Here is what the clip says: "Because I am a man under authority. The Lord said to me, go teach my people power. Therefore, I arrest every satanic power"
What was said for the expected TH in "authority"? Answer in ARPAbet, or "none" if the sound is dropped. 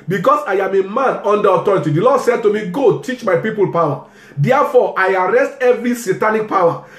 T